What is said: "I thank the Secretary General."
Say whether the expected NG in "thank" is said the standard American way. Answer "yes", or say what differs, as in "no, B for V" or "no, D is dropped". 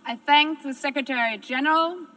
yes